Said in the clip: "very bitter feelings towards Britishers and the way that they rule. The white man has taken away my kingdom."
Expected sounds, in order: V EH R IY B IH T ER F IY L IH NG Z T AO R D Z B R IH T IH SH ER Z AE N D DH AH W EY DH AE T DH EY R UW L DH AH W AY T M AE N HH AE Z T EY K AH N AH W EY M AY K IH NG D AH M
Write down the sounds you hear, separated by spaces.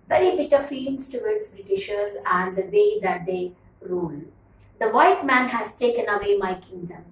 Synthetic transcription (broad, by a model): V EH R IY B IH T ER F IY L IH NG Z T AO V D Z B R IH T IH SH ER Z AE N D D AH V EY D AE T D EY R UW L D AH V AY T M AE N HH AE Z T EY K AH N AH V EY M AY K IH NG D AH M